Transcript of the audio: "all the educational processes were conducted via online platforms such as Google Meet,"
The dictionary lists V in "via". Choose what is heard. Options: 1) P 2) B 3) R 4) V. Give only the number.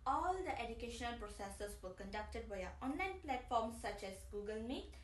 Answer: 2